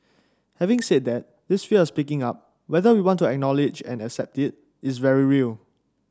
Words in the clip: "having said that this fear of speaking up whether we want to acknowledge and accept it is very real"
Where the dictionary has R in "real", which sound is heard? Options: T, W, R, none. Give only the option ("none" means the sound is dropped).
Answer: R